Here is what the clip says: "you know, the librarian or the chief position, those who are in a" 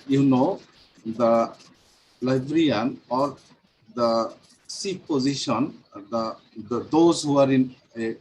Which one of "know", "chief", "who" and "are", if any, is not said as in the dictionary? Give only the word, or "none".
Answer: chief